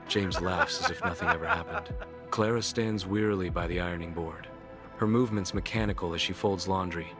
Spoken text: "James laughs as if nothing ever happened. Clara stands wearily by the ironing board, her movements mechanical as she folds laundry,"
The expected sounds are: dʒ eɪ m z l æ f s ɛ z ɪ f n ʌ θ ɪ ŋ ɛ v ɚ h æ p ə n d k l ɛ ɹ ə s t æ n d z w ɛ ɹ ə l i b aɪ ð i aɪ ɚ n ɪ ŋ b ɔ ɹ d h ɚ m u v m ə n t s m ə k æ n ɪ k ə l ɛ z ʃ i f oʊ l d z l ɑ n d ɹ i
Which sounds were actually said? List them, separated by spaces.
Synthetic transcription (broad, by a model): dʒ eɪ m z l æ f s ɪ z ɪ f n ʌ θ ɪ ŋ ɛ v ɚ h æ p ə n d k l ɛ ɹ ə s t æ n d z w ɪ ɹ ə l i b aɪ ð i aɪ ɚ n ɪ ŋ b ɔ ɹ d h ɚ m u v m ə n t s m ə k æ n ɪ k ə l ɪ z ʃ i f oʊ l d z l ɑ n d ɹ i